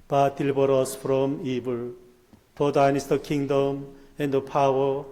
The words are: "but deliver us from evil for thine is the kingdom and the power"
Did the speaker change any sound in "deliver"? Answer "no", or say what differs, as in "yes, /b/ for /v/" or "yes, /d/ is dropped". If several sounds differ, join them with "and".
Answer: yes, /b/ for /v/